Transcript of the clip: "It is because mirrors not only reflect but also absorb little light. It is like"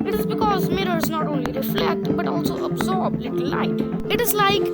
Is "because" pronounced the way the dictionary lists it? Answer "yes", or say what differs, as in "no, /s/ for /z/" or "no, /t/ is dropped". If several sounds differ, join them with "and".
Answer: yes